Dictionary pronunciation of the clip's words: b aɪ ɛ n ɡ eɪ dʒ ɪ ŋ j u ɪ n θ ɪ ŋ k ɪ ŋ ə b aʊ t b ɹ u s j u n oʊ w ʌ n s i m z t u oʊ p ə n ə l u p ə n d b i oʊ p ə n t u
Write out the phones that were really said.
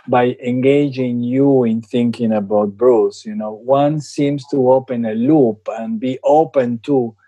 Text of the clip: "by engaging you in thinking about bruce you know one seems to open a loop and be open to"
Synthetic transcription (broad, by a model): b aɪ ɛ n ɡ eɪ dʒ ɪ ŋ j u ɪ n θ ɪ ŋ k ɪ ŋ ə b aʊ t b ɹ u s j u n oʊ w ʌ n s i m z t u oʊ p ə n ə l u p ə n b i oʊ p ə n t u